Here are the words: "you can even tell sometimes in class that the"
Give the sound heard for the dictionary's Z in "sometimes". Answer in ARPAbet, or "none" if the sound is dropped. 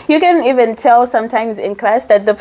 Z